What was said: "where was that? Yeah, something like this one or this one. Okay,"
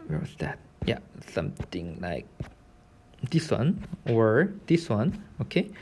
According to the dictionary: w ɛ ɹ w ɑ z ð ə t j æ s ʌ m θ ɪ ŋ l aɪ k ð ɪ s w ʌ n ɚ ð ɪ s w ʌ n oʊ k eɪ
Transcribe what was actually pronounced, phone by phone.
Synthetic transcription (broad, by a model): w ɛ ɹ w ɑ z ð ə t j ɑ s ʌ m t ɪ ŋ l aɪ k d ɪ s w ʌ n ɚ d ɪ s w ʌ n oʊ k eɪ